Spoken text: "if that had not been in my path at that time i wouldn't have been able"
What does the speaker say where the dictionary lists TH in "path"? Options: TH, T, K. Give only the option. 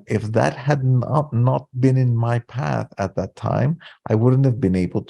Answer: TH